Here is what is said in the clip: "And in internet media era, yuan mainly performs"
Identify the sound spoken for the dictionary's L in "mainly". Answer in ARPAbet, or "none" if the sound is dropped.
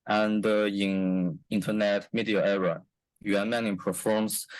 none